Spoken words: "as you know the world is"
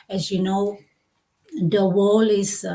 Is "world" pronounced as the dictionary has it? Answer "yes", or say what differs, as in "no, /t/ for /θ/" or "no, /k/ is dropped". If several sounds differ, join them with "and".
no, /d/ is dropped